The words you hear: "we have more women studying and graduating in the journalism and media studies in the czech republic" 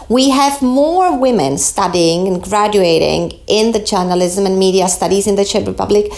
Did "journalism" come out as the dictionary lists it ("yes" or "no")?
yes